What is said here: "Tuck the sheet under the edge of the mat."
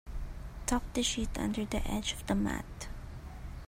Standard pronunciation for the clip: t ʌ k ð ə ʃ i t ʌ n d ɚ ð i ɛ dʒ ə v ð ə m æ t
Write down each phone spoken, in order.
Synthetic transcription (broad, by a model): t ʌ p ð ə ʃ i t ʌ n d ɚ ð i ɛ dʒ ə v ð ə m æ t